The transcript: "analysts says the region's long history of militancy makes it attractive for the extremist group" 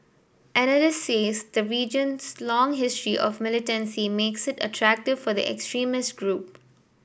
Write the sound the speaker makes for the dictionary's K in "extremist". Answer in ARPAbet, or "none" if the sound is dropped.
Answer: K